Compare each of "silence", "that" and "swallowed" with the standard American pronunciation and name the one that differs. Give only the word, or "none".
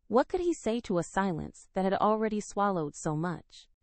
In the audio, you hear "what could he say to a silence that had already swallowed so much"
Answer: none